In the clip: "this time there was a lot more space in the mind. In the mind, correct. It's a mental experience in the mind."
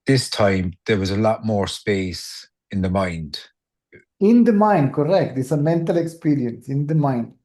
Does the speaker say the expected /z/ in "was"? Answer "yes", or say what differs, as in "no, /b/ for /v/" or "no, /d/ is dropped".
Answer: yes